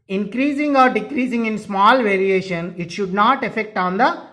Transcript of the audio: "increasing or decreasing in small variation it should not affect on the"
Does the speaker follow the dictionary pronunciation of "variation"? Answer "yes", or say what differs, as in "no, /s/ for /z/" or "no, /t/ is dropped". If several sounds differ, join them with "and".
yes